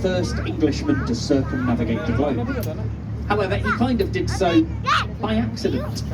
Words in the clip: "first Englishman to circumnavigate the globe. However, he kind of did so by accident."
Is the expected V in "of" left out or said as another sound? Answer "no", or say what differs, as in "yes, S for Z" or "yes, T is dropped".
no